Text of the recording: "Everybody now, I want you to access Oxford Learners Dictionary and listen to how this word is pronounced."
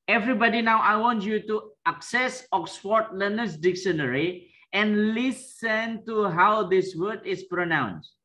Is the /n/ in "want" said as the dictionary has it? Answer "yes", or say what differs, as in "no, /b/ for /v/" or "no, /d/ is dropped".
yes